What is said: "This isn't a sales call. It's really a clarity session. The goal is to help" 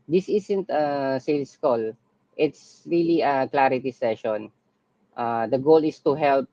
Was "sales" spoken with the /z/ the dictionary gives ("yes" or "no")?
no